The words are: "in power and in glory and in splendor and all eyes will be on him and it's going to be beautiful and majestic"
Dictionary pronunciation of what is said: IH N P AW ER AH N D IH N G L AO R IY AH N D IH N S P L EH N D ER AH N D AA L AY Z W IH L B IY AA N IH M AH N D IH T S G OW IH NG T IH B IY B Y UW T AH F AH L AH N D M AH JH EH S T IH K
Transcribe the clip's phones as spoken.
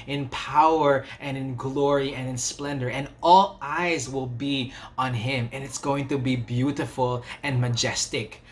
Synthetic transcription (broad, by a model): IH N P AW ER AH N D IH N G L AO R IY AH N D IH N S P L EH N D ER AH N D AA L AY Z W IH L B IY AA N IH M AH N IH T S G OW IH NG T IH B IY B Y UW T AH F AH L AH N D M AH JH EH S T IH K